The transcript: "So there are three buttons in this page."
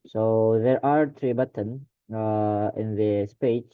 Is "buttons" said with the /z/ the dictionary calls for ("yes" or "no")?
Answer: no